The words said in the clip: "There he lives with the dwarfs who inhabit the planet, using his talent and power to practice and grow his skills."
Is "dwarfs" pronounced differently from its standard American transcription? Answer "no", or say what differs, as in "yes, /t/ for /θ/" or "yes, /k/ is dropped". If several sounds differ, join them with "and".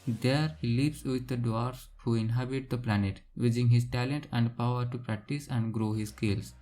yes, /f/ is dropped